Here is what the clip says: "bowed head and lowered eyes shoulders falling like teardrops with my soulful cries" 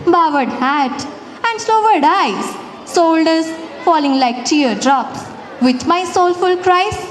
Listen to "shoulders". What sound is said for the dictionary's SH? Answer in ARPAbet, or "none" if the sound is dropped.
S